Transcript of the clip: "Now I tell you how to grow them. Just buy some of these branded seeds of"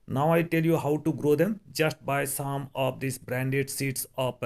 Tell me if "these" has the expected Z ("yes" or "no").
no